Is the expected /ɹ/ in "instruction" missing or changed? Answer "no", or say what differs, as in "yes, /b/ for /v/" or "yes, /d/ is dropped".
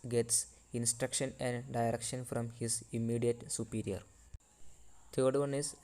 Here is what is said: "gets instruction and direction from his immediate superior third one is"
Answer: no